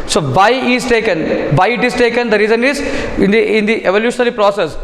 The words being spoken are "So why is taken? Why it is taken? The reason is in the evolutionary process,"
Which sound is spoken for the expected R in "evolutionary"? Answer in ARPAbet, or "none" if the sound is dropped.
L